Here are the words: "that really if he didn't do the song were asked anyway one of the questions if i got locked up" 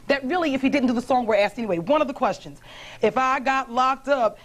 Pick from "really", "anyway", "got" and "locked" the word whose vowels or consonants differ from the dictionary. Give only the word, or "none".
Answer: none